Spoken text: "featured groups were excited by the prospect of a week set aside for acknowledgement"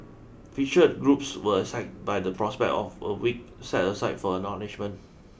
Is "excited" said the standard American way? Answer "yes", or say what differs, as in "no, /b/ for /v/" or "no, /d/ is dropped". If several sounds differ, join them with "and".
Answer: no, /k/ is dropped